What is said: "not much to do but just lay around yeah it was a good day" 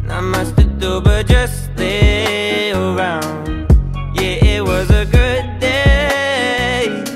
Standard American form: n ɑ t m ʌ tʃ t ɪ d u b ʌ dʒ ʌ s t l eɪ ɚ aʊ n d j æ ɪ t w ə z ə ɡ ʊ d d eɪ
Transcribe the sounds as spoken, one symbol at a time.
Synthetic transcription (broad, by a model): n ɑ m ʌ s t ɪ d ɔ b ʌ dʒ ʌ s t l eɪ ɚ aʊ n d j æ ɪ t w ə z ə ɡ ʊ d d eɪ